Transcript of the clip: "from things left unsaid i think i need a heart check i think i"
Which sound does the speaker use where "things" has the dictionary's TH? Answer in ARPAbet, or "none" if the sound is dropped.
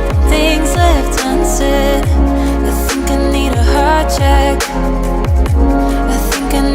TH